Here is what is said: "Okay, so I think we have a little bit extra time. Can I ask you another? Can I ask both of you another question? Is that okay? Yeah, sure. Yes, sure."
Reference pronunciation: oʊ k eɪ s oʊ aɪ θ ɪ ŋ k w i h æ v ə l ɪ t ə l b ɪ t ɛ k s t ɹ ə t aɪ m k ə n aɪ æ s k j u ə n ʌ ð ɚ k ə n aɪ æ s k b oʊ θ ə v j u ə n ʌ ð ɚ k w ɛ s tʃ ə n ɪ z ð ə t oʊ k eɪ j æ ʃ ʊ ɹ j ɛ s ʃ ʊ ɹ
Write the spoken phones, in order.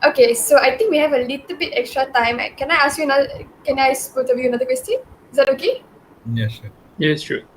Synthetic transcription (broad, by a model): oʊ k eɪ s oʊ aɪ t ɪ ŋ k w i h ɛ v ə l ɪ t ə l b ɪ t ɛ k s t ɹ ə t aɪ m k ə n aɪ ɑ s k j u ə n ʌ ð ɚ k ə n aɪ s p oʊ t ə v j u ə n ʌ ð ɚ k w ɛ s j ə n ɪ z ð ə t oʊ k eɪ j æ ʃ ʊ j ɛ s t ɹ